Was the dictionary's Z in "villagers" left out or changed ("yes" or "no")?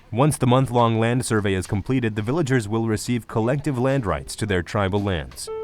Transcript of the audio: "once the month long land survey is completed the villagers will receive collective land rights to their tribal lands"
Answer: no